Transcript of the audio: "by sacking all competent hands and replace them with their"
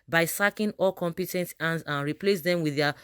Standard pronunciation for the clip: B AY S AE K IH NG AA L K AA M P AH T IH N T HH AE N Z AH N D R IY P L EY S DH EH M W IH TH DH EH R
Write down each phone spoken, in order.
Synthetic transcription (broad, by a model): B AY S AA K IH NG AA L K AA M P AH T IH N T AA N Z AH N R IY P L EY S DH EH M W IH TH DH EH